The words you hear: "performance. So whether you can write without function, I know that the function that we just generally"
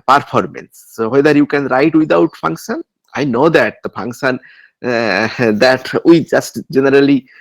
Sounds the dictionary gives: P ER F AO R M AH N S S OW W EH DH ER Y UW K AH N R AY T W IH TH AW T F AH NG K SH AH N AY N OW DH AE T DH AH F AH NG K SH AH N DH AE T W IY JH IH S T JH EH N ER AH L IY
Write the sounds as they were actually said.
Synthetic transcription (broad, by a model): P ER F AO R M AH N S S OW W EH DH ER Y UW K AH N R AY T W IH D AW T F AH NG K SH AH N AY N OW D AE T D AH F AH NG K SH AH N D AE T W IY JH IH S T JH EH N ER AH L IY